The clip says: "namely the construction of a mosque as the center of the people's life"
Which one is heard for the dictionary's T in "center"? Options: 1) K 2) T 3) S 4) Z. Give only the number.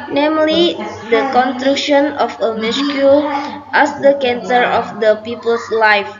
3